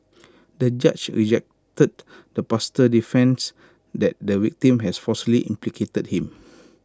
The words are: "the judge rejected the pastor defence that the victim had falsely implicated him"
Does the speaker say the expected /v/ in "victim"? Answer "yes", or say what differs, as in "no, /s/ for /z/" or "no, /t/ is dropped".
no, /w/ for /v/